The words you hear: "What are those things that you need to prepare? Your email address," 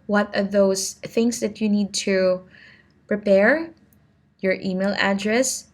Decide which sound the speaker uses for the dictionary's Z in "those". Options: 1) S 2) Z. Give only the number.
1